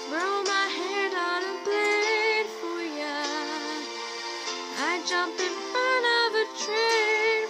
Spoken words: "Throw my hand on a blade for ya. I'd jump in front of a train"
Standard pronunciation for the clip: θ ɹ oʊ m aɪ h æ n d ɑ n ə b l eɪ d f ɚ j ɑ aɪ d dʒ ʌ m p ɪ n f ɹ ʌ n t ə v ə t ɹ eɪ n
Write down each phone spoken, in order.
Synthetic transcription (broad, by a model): ɹ oʊ m aɪ h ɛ d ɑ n ə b l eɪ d f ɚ j ɑ aɪ dʒ ʌ m p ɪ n f ɹ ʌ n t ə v ə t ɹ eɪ